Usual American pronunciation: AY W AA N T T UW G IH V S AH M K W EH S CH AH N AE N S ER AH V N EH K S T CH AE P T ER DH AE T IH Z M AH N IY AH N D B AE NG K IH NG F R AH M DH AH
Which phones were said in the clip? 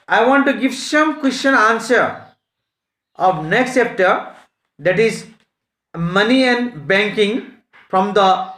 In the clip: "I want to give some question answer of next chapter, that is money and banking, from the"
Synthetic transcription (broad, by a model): AY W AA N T T UW G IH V S AH M K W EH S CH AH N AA N S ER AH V N EH K S T S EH P T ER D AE T IH Z M AH N IY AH N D B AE NG K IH NG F R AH M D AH